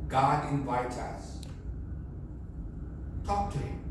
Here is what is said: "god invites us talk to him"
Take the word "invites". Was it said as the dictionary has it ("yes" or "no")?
no